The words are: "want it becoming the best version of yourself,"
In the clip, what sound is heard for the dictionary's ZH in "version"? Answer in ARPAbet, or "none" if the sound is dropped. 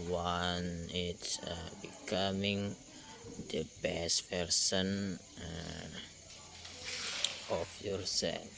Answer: S